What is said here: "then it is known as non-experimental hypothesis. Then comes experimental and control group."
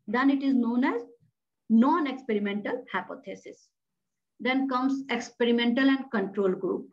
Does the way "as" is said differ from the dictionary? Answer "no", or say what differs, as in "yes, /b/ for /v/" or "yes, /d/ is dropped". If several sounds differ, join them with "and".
no